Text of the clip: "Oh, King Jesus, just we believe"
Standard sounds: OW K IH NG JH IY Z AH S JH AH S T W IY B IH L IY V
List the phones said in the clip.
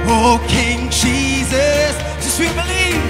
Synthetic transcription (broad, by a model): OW K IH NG JH IY Z AH S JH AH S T W IY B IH L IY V